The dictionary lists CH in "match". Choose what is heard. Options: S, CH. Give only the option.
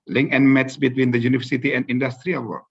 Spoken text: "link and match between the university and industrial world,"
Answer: S